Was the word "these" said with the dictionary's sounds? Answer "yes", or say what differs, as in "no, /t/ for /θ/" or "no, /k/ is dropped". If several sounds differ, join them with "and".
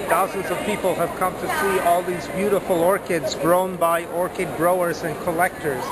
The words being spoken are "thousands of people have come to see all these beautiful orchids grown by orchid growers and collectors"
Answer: yes